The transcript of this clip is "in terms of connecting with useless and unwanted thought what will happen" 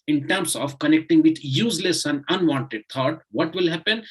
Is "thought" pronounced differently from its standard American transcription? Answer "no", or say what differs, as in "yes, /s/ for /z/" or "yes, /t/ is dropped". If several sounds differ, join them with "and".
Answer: yes, /t/ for /θ/